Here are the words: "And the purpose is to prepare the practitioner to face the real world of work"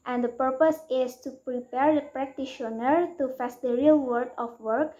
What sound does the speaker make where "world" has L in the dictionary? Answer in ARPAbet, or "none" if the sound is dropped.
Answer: none